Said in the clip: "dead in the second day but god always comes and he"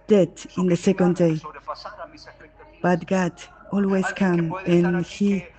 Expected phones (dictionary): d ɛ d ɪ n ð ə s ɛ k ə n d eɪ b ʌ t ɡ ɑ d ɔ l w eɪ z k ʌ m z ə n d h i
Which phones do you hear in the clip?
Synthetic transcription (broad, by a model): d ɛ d ɪ n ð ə s ɛ k ə n d eɪ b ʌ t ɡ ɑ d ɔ l w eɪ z k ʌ m ə n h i